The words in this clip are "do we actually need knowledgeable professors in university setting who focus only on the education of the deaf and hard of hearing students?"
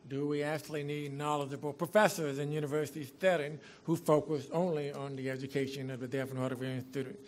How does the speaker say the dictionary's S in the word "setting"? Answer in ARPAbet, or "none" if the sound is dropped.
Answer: TH